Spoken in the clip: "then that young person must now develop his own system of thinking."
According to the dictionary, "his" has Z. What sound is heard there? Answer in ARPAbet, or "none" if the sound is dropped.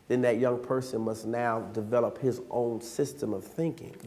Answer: Z